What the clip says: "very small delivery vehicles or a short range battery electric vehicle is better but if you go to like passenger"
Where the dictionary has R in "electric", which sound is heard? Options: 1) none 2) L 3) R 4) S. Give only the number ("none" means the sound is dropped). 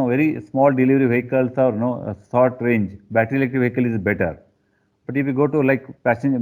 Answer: 1